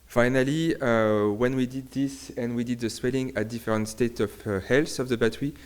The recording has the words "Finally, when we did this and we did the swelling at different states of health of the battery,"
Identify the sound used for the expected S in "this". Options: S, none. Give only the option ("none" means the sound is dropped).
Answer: S